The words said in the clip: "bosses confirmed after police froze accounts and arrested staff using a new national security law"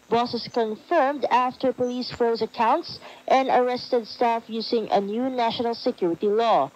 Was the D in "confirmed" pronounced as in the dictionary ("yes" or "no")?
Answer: yes